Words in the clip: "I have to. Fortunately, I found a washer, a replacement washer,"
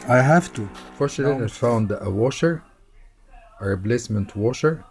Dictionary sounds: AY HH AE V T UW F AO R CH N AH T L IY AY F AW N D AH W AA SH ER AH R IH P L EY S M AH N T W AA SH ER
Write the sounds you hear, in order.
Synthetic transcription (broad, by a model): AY HH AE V T UW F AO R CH AH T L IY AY F AW N D AH W AA SH ER AH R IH B L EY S M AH N T W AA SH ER